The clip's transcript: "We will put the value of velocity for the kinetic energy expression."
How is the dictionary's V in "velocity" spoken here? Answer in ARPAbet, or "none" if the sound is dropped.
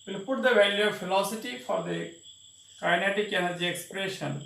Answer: F